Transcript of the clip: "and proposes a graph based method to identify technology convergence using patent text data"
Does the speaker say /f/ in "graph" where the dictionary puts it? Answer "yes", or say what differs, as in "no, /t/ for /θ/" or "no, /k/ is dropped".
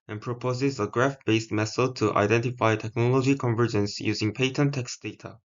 yes